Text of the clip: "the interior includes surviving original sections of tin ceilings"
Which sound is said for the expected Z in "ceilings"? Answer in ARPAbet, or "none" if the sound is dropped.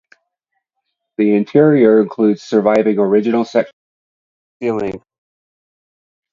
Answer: none